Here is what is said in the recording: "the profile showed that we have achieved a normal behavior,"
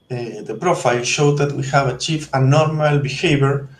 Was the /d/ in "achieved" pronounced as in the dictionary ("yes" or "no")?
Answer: no